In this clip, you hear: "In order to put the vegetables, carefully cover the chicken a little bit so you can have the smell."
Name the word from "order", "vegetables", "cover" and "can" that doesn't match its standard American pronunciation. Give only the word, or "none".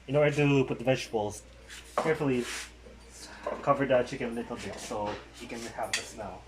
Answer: vegetables